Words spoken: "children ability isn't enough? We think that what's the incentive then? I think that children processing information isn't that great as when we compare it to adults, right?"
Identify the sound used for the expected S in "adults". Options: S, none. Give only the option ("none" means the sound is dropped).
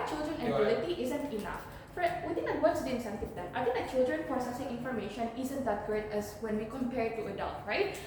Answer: none